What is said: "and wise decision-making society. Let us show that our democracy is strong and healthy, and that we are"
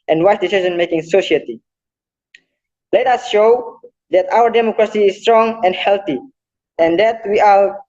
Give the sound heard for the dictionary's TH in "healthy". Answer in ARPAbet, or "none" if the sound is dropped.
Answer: T